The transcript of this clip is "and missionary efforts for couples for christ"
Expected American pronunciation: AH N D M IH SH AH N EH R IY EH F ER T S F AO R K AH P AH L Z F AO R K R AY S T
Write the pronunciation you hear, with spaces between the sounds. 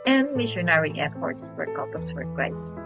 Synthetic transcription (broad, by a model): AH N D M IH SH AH N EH R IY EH P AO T S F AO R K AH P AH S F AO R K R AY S